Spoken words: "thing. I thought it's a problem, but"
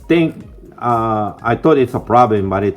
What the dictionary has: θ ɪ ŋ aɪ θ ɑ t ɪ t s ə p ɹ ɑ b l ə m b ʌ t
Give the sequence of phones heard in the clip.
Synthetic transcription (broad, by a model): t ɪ ŋ aɪ t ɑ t ɪ t s ə p ɹ ɑ b l ə m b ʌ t